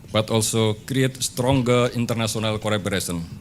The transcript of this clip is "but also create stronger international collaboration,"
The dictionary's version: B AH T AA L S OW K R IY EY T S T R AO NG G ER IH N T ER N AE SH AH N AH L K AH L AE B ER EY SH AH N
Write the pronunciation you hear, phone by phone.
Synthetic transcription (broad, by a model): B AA T AA L S OW K R IY EY T S T R AO NG G ER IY N T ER N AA S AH N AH L K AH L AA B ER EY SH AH N